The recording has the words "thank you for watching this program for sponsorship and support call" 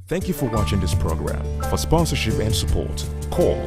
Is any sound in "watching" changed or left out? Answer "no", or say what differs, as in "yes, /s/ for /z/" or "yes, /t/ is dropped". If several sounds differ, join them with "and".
no